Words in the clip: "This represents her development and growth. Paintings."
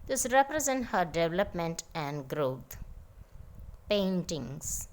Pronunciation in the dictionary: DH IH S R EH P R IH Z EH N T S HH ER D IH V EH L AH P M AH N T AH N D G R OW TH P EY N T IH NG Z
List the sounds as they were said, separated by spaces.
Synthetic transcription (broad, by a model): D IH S R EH P R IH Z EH N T HH ER D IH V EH L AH P M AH N T AH N D G R OW T P EY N T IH NG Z